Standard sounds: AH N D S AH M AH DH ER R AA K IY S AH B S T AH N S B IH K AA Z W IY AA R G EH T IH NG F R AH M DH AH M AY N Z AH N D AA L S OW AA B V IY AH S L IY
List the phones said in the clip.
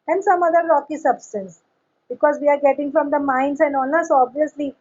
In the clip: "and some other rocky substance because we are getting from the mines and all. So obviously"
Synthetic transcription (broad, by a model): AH N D S AH M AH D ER R AA K IY S AH B S T AH N S B IH K AA Z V IY AA R G EH T IH NG F R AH M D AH M AY N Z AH N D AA N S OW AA B V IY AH S L IY